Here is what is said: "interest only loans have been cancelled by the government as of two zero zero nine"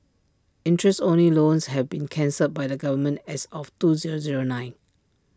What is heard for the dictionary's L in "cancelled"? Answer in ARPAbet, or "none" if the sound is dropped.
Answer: none